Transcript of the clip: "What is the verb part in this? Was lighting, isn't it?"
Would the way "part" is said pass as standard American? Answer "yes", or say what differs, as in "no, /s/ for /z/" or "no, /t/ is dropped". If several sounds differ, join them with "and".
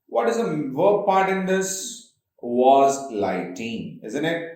yes